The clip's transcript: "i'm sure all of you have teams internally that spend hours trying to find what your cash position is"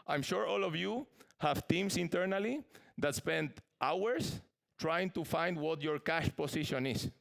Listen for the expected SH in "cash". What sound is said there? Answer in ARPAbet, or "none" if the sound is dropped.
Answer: SH